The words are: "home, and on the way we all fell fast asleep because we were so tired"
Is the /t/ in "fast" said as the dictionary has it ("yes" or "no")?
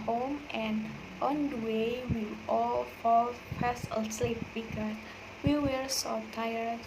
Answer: no